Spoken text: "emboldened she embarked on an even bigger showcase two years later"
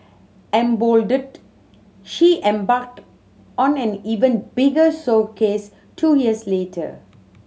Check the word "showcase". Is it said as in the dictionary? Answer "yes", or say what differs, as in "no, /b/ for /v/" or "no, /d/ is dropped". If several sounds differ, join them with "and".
no, /s/ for /ʃ/